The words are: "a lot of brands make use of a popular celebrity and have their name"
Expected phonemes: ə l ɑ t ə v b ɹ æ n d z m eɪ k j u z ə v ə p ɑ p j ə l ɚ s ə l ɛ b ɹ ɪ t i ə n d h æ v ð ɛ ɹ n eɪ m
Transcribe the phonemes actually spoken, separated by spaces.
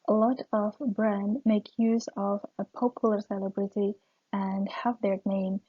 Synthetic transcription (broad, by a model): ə l ɑ t ə v b ɹ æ n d m eɪ k j u z ə v ə p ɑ p j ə l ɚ s ə l ɛ b ɹ ɪ t i ə n d h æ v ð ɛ ɹ n eɪ m